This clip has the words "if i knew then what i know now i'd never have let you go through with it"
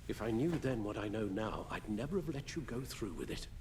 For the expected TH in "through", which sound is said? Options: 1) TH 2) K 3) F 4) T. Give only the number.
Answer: 1